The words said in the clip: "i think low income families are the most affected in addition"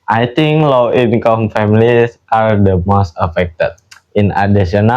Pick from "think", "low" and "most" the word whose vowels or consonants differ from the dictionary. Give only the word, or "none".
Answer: think